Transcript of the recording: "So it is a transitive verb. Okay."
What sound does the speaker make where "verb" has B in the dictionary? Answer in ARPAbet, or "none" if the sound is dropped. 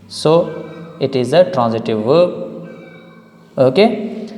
none